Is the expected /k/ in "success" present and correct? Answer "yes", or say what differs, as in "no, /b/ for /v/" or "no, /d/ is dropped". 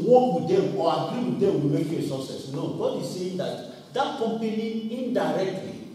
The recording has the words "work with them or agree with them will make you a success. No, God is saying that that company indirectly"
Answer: no, /k/ is dropped